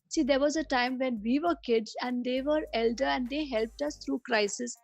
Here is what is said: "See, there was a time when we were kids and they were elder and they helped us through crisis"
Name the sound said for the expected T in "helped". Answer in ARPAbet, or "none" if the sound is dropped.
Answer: T